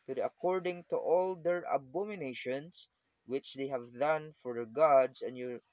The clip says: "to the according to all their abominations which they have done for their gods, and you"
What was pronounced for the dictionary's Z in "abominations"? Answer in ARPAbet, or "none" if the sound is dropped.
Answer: S